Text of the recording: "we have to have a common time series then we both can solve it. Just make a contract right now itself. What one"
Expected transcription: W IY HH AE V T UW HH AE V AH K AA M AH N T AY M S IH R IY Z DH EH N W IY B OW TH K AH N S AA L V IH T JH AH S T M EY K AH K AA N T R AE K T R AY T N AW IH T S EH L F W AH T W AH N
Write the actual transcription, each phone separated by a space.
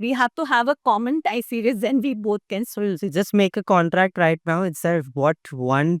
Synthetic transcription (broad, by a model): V IY HH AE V T UW HH AE V AH K AA M AH N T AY S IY R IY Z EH N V IY B OW T K AH N S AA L IH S JH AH S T M EY K AH K AA N T R AE K T R AY T N AW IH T S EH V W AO T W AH N